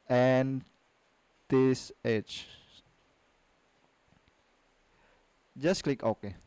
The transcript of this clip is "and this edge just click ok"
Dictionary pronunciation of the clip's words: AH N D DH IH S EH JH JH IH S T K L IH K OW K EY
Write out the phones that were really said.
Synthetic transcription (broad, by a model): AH N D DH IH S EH CH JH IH S K L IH K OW K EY